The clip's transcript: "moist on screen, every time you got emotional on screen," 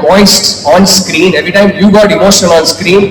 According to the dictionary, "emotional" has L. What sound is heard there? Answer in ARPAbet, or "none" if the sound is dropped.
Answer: N